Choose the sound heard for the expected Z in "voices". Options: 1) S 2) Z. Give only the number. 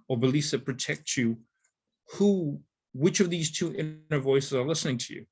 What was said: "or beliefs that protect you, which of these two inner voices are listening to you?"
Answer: 2